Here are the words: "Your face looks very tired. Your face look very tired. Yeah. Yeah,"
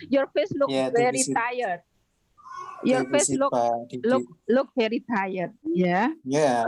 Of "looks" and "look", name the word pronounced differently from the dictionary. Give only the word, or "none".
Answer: looks